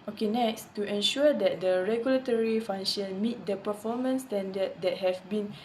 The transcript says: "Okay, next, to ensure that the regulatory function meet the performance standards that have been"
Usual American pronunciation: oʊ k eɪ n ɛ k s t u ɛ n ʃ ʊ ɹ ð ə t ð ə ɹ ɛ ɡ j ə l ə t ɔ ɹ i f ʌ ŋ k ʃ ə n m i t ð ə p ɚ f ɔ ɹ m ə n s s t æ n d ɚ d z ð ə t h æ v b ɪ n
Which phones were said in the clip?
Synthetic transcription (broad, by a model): oʊ k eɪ n ɛ k s t u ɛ n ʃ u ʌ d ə t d ə ɹ ɛ ɡ j ə l ə t ɔ ɹ i f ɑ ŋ ʃ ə n m i t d ə p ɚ f ɔ m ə n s s t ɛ n d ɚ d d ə t h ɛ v b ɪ n